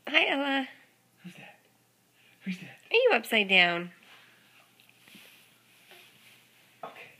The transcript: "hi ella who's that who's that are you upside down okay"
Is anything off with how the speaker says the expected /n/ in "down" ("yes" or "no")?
no